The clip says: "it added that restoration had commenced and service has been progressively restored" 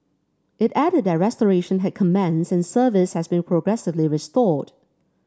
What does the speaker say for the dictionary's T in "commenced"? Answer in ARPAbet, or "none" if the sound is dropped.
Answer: none